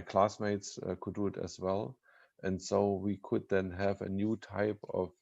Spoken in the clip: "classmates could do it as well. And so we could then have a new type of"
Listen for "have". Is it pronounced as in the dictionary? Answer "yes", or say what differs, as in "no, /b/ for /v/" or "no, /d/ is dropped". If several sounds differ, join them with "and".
yes